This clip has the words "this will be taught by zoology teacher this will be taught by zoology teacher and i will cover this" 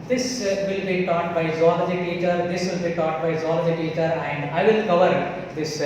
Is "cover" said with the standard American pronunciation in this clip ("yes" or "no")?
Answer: yes